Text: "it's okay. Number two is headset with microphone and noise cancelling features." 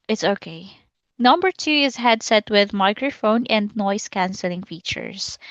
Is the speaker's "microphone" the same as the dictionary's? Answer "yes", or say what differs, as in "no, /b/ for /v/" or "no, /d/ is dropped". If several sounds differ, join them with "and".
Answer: yes